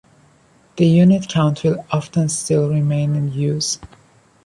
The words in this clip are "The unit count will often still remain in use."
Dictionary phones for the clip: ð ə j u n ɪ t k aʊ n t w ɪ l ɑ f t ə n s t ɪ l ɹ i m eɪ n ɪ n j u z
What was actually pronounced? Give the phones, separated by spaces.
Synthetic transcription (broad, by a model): ð ə j u n ɪ t k aʊ n t w ɪ l ɑ f t ə n s t ɪ l ɹ i m eɪ n ɪ n j u z